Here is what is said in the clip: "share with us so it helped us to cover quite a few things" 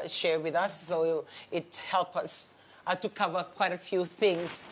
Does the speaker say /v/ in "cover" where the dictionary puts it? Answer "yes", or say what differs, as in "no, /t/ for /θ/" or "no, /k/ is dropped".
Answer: yes